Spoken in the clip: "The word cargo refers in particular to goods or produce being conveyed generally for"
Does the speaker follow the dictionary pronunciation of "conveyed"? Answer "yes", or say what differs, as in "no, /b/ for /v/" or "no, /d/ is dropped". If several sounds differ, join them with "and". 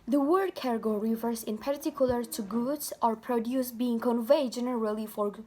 yes